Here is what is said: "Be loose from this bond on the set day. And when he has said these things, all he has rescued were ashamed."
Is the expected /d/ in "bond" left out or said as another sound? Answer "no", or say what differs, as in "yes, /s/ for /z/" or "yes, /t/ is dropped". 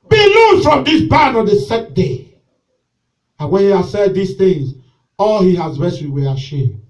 yes, /d/ is dropped